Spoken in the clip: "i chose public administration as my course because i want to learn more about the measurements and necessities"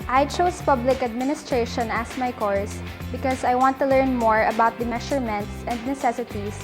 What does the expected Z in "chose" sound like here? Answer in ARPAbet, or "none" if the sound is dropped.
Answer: S